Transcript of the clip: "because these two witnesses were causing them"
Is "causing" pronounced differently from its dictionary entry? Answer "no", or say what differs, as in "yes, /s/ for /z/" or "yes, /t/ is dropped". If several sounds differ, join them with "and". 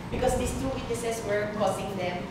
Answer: yes, /s/ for /z/